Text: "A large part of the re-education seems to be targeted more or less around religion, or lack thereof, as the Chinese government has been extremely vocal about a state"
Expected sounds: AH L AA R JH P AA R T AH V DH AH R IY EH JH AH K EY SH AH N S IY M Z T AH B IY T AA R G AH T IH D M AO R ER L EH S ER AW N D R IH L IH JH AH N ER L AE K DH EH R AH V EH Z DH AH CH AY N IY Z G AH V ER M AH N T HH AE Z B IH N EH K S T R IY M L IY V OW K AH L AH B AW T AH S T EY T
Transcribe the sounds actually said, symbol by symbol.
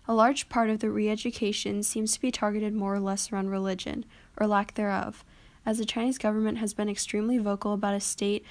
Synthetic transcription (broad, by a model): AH L AA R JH P AA R T AH V DH AH R IY EH JH AH K EY SH AH N S IY M Z T AH B IY T AA R G AH T IH D M AO R ER L EH S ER AW N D R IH L IH JH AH N ER L AE K DH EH R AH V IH Z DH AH CH AY N IY Z G AH V ER M AH N T HH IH Z B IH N EH K S T R IY M L IY V OW K L AH B AW T AH S T EY T